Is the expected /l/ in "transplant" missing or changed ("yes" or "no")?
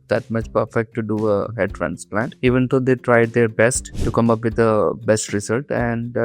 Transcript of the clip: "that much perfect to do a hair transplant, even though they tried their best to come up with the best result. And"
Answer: no